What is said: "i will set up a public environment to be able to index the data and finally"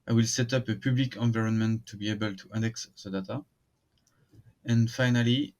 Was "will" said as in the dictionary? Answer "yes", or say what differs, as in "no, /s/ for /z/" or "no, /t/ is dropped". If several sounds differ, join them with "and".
yes